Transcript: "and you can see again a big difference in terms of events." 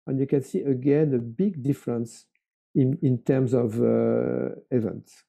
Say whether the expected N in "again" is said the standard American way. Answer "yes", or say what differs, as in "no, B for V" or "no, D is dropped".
yes